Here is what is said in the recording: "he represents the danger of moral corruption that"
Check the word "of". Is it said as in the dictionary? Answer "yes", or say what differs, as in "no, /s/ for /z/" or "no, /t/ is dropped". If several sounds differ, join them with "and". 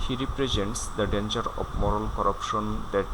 no, /b/ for /v/